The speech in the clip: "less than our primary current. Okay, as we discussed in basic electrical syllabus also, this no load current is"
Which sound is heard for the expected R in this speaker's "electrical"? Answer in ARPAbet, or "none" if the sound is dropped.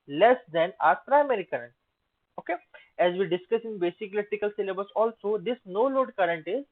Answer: none